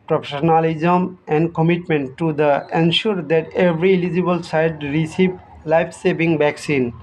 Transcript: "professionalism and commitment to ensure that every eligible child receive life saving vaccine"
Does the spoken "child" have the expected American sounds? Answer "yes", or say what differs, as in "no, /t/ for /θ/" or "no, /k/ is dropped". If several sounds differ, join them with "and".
no, /s/ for /tʃ/ and /l/ is dropped